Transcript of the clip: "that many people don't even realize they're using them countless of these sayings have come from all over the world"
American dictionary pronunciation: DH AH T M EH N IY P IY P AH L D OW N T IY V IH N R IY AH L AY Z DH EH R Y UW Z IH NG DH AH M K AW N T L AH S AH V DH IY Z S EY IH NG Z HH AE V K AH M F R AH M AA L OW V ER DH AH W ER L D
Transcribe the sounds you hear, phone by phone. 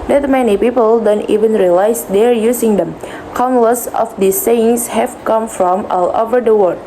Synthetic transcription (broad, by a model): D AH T M EH N IY P IY P AH L D OW N T IY V IH N R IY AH L AY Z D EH R Y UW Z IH NG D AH M K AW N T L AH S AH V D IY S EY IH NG S HH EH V K AH M F R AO M AA L OW V ER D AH W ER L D